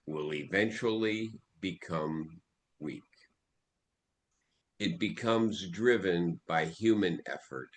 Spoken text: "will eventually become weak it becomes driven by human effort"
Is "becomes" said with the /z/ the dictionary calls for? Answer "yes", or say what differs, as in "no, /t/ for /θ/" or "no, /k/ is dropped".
yes